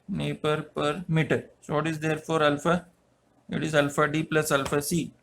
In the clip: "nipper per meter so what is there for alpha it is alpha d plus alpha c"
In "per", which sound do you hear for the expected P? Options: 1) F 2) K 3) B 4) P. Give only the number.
4